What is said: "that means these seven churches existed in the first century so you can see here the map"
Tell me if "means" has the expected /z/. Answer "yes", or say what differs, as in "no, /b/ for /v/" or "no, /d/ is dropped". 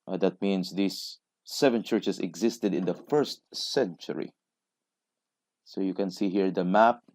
no, /s/ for /z/